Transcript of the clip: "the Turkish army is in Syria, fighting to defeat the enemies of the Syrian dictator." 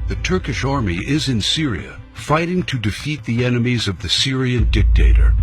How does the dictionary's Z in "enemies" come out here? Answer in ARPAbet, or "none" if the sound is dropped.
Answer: Z